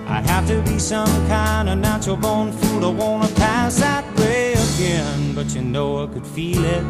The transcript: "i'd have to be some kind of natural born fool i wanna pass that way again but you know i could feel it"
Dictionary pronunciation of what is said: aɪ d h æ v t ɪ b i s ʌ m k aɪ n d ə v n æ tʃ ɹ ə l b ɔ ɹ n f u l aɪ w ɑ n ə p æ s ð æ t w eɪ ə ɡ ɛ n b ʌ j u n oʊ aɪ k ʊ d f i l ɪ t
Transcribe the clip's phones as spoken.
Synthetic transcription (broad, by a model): aɪ h æ f t ɪ b i s ʌ m k aɪ n d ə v n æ tʃ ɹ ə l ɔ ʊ n f u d aɪ w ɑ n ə p æ s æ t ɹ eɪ ə ɡ ɛ n b ʌ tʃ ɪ n oʊ aɪ k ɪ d f i l ɪ t